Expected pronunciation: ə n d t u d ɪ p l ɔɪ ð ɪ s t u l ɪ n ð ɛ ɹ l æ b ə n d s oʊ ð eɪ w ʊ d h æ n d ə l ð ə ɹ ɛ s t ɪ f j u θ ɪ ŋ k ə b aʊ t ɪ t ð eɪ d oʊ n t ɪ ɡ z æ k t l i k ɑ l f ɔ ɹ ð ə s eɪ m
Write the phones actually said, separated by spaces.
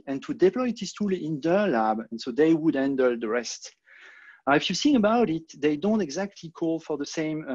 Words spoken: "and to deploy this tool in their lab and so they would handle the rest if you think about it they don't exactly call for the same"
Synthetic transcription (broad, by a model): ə n t u d ɪ p l ɔɪ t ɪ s t u l ɪ n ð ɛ ɹ l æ b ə n s oʊ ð eɪ w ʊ d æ n d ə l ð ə ɹ ɛ s t ɪ f j u s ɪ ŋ ə b aʊ t ɪ t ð eɪ d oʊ n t ɪ ɡ z æ k t l i k ɑ l f ɔ ɹ ð ə s eɪ m